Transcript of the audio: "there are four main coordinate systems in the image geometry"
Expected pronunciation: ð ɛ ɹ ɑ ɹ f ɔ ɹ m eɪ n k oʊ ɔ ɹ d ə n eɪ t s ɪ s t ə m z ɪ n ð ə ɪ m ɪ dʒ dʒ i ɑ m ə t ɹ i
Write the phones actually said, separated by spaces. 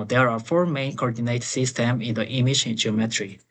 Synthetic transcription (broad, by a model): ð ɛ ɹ ɑ ɹ f ɔ ɹ m eɪ n k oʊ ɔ ɹ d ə n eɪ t s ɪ s t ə m ɪ n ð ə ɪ m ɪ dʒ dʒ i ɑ m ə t ɹ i